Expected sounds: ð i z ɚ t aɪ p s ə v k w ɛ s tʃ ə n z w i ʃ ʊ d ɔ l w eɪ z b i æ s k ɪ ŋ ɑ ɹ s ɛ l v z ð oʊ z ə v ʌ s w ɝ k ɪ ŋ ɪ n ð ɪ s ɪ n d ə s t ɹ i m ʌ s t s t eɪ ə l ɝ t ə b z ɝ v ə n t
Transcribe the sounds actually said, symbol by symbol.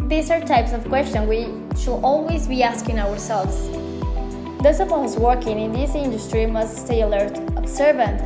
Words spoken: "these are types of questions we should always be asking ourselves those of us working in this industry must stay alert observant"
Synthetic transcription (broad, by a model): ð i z ɚ t aɪ p s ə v k w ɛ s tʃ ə n w i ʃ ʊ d ɔ l w eɪ z b i æ s k ɪ ŋ ɑ ɹ s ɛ l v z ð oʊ s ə p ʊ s w ɝ k ɪ ŋ ɪ n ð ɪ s ɪ n d ə s t ɹ i m ʌ s t s t eɪ ə l ɝ t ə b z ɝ v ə n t